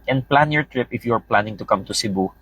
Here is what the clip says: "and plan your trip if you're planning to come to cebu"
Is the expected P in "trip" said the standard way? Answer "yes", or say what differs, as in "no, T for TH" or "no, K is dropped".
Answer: yes